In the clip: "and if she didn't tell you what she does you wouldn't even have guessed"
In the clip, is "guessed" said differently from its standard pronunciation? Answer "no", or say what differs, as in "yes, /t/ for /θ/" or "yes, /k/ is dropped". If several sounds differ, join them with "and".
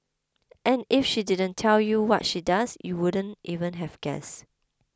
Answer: yes, /t/ is dropped